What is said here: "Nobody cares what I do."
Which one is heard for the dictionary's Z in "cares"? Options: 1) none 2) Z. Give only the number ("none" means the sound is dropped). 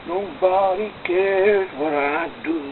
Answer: 1